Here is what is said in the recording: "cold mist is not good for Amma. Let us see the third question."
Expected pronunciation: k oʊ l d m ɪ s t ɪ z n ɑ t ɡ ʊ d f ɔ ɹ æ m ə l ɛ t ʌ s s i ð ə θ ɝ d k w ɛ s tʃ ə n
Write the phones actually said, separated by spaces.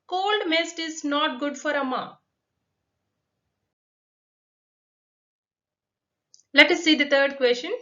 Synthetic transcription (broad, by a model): k oʊ l d m ɪ s t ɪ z n ɑ t ɡ ʊ d f ɔ ɹ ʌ m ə l ɛ t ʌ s s i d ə t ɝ d k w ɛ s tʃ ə n